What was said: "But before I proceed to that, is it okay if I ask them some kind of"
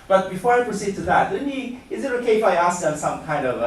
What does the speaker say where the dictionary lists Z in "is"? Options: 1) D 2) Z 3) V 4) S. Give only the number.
2